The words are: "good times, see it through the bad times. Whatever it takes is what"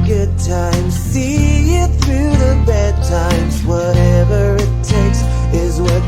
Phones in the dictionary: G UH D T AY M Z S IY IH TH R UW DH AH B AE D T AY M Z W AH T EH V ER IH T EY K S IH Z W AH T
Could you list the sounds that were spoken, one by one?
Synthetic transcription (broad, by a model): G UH D T AY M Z S IY IH TH R UW DH AH B AE D T AY M Z W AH T EH V ER IH T EY K S IH Z W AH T